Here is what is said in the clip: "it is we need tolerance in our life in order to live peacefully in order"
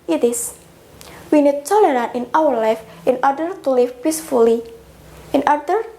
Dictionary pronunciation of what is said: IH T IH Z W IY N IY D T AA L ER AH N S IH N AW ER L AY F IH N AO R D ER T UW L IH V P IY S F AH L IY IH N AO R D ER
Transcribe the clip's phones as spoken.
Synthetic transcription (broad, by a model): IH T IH S W IY N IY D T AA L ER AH N IH N AW ER L AY F IH N AO R D ER T UW L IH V P IY S F AH L IY IH N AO R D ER